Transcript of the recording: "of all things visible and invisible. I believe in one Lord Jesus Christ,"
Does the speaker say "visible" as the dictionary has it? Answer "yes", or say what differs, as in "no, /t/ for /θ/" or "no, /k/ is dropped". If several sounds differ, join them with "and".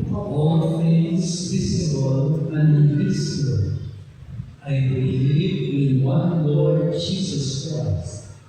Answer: no, /b/ is dropped